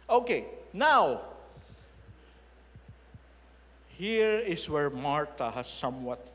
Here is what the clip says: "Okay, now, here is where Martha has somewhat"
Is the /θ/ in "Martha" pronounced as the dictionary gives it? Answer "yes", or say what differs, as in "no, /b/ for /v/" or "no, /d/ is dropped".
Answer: no, /t/ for /θ/